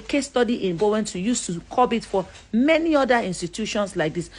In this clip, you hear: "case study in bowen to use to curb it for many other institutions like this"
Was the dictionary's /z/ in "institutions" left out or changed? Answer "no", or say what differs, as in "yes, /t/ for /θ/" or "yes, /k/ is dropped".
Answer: yes, /s/ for /z/